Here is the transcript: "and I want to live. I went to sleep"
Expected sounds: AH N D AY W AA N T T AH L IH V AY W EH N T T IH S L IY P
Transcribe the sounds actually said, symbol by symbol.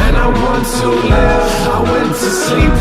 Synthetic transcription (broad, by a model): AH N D AY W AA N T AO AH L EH AY W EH N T T IH S L IY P